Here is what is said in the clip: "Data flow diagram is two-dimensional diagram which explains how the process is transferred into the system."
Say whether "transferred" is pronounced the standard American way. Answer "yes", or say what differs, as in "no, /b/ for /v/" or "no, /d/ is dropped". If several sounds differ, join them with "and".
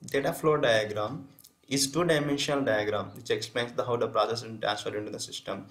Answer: no, /ɹ/ is dropped